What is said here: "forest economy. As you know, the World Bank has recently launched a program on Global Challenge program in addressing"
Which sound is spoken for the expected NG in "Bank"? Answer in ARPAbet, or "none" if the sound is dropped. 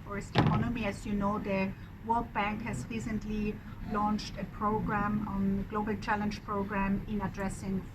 NG